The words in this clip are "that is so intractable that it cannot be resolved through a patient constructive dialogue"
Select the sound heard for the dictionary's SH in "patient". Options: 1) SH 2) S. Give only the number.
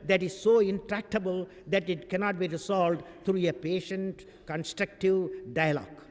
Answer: 1